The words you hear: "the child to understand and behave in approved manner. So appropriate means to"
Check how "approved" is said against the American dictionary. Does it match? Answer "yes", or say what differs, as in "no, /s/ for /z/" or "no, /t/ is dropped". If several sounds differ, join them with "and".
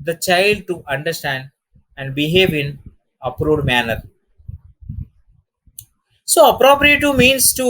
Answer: no, /v/ is dropped